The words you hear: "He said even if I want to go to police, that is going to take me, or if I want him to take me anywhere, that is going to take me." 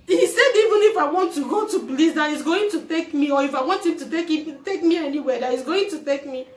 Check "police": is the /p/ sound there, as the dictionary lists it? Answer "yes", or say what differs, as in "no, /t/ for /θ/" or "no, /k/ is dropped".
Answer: no, /b/ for /p/